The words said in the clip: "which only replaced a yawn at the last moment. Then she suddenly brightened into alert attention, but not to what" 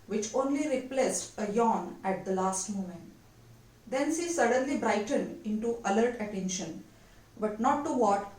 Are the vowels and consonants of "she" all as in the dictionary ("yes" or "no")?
no